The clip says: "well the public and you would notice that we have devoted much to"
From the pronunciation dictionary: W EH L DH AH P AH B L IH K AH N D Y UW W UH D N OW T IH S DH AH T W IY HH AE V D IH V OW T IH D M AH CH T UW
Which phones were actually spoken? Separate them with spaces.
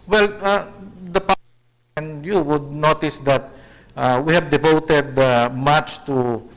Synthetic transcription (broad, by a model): W EH L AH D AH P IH AH N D Y UW W UH D N OW T IH S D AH T W IY HH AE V D IH V OW T IH D M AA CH T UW